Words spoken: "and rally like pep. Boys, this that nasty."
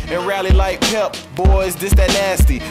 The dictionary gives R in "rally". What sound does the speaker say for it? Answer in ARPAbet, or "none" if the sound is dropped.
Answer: R